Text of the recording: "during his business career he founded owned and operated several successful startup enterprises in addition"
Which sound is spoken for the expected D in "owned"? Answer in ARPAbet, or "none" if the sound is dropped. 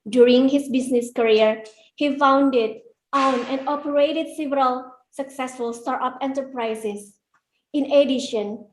none